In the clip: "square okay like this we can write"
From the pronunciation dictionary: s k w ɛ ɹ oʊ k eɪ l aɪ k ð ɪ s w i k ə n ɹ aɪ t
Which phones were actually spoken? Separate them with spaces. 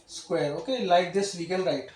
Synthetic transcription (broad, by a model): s k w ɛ ɹ oʊ k eɪ l aɪ k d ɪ s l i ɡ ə l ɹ aɪ t